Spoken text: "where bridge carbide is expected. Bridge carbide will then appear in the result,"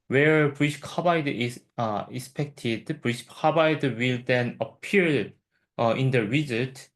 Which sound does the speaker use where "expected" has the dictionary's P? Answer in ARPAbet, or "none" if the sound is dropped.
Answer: P